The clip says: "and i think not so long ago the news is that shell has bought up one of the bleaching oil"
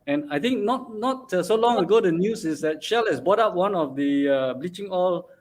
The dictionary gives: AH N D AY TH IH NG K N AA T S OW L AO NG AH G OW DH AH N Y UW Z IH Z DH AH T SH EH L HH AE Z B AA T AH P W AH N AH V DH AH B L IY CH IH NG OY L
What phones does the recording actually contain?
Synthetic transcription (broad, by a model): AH N AY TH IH NG K N AA T S OW L AO NG AH G OW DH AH N Y UW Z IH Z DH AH T SH EH L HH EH S B AA T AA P W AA N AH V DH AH B L IY CH IH NG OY L